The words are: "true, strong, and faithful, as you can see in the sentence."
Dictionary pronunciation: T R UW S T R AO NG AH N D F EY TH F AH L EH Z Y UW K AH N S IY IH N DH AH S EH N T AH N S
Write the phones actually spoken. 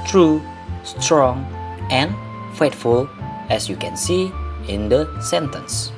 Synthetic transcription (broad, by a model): T R UW S T R AO NG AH N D F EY T F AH L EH S Y UW K AH N S IY IH N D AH S EH N T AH N S